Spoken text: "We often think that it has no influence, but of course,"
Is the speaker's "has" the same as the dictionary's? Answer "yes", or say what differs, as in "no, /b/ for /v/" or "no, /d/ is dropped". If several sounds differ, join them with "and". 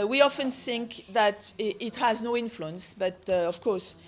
yes